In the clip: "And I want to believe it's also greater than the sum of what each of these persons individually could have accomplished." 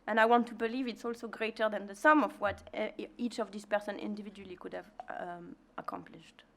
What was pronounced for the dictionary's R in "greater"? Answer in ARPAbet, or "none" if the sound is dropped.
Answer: R